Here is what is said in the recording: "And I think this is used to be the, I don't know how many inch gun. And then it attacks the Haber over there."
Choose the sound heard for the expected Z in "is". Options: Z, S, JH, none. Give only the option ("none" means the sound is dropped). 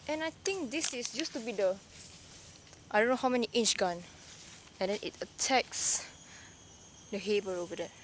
S